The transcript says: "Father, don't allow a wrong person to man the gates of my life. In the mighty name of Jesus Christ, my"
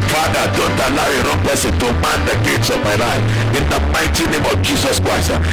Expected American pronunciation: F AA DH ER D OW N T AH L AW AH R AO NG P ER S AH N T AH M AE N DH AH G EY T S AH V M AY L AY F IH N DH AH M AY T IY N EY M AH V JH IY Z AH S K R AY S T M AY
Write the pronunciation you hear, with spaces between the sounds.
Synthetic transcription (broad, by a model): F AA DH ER D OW N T AH L AW AH R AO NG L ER S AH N T AH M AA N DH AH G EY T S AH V M AY L AY F IH N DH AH M AY T IY N EY M AH V JH IY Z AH S K R AY S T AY